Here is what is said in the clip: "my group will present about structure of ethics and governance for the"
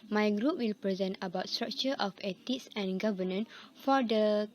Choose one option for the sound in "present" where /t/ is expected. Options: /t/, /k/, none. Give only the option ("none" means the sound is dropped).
/t/